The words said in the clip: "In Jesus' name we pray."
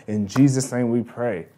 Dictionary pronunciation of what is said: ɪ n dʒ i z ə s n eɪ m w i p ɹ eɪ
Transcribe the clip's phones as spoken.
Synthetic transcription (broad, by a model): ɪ n dʒ i z ə s n eɪ m w i p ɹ eɪ